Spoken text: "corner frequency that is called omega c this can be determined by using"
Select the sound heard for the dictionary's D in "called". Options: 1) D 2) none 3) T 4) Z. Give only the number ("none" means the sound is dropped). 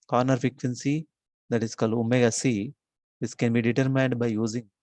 1